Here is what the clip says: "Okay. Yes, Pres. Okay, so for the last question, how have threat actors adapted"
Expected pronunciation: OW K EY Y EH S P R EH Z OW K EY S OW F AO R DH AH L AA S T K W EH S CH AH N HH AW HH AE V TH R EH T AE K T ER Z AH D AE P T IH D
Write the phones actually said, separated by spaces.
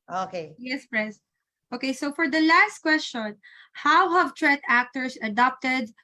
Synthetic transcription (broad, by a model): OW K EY Y EH S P R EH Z OW K EY S OW F AO R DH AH L AA S T K W EH S CH AH N HH AW HH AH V T R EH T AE K T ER S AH D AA P T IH D